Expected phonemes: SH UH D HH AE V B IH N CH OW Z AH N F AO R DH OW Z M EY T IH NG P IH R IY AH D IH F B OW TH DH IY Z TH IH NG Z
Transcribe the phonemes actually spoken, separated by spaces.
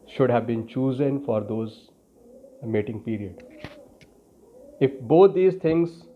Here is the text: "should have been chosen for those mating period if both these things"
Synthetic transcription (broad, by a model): SH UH D HH AE V B IH N CH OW Z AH N F AO R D OW Z M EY T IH NG P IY R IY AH D IH F B OW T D IY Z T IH NG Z